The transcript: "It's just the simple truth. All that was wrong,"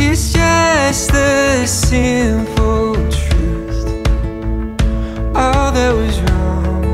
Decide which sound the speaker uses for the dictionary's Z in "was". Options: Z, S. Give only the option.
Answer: Z